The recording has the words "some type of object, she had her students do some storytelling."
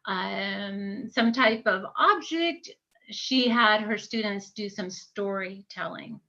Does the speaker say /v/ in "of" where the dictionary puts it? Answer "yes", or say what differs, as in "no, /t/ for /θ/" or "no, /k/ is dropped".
yes